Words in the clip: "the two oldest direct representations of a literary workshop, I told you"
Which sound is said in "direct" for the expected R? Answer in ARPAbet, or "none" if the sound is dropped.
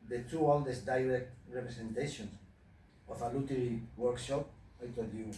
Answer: R